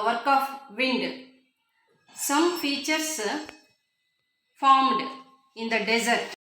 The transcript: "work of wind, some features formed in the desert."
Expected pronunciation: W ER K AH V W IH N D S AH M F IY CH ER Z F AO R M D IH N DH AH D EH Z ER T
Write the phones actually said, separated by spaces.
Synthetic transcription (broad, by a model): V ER K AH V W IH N D S AH M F IY CH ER S F AO R M D IH N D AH D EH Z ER T